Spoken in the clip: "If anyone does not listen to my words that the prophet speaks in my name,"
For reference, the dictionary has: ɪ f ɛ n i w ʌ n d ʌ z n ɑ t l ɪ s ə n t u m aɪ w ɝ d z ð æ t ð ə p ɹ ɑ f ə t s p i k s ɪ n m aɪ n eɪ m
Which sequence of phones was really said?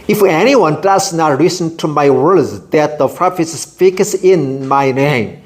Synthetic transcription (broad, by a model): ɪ f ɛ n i w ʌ n d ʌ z n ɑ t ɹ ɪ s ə n t u m aɪ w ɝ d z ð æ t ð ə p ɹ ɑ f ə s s f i k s ɪ n m aɪ n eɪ m